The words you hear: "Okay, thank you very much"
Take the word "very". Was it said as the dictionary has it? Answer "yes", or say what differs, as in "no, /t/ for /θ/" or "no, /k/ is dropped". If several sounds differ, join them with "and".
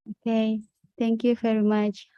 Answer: no, /f/ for /v/